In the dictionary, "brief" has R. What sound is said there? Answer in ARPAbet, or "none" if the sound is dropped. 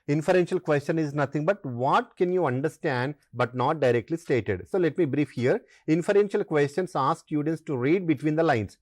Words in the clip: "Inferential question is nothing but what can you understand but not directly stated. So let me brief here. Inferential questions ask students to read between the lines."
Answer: R